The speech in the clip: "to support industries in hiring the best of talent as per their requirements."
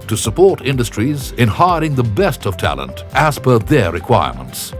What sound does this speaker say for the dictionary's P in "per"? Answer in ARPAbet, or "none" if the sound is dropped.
P